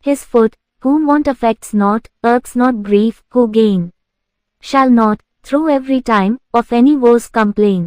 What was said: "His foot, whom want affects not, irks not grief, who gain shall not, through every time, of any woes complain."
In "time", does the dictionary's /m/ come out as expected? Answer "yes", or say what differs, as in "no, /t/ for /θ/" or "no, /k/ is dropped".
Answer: yes